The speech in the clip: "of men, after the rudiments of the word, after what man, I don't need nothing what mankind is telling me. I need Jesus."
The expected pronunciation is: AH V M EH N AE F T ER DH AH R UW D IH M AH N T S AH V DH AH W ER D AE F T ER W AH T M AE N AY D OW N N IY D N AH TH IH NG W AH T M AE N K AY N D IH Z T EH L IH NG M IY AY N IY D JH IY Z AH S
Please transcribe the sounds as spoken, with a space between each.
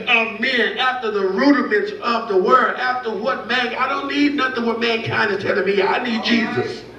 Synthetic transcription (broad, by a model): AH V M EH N AE F T ER DH AH R UW D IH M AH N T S AH V DH AH W ER D AE F T ER W AH T M AE N AY D OW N N IY D N AH TH IH NG W AH T M AE N K AY N D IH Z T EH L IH M IY AY N IY D JH IY Z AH S